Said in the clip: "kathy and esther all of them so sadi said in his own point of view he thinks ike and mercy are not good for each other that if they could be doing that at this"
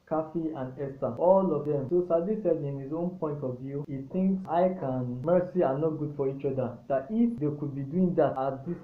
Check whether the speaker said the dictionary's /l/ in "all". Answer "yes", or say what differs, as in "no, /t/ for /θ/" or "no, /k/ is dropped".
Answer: yes